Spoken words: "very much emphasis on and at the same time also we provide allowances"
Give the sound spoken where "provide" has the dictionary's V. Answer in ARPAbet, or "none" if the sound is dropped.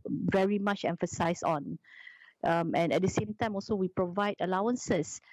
V